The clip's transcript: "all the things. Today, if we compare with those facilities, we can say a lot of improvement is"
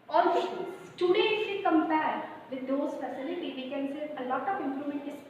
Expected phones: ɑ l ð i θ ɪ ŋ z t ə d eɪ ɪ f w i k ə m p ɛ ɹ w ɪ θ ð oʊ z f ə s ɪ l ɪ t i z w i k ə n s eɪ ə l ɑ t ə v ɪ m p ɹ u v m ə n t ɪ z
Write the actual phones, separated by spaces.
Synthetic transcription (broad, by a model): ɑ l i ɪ t ə d eɪ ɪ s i k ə m p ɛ ɹ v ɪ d oʊ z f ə s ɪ l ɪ t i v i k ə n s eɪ ə l ɑ t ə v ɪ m p ɹ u m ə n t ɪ